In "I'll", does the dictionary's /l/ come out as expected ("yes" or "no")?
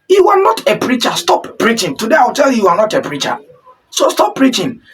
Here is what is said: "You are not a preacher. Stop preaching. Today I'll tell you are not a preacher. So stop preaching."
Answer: no